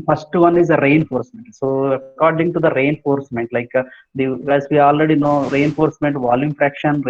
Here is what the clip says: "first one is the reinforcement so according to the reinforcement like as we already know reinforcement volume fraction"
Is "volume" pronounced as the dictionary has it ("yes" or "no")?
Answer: yes